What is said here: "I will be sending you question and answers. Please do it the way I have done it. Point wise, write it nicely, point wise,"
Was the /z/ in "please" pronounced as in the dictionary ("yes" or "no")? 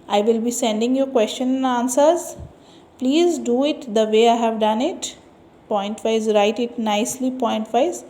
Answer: yes